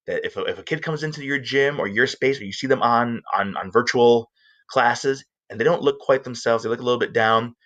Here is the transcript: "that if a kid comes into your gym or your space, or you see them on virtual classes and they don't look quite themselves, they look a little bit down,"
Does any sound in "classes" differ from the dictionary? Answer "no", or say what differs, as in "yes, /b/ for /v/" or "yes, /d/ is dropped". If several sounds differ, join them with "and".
no